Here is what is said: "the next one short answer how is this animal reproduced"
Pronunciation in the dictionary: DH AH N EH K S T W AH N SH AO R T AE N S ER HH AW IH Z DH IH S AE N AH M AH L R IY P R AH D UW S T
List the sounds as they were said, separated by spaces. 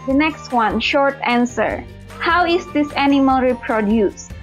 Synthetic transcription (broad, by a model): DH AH N EH K S T W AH N SH AO R T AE N S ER HH AW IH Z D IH S AE N AH M AH L R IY P R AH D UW S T